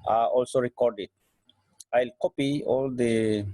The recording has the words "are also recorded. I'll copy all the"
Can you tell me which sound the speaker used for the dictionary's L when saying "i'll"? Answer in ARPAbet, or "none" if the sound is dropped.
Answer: L